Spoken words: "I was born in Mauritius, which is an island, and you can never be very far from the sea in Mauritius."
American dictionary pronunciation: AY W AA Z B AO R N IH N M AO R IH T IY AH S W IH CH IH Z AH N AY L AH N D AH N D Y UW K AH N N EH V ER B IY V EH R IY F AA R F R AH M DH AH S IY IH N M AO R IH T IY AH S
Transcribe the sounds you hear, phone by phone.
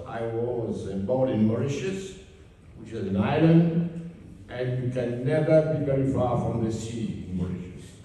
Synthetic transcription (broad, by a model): AY W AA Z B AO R IH N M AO R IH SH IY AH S W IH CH IH Z AH N AY L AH N D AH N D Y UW K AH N N EH V ER B IY V EH R IY F AA R F R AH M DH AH S IY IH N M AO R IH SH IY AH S